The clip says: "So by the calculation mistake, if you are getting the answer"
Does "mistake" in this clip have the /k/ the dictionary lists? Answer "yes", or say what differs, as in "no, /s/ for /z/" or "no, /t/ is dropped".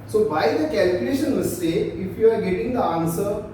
no, /k/ is dropped